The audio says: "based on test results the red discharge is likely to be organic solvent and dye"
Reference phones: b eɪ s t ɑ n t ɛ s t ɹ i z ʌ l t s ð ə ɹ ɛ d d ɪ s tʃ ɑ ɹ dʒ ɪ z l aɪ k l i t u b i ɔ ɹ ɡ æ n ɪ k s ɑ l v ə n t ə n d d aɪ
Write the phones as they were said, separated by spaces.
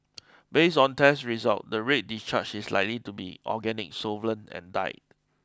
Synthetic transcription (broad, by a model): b eɪ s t ɑ n t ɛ s ɹ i z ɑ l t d ə ɹ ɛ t d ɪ s tʃ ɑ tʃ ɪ s l aɪ k l i t u b i ɔ ɡ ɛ n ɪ k s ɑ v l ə n ə n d d aɪ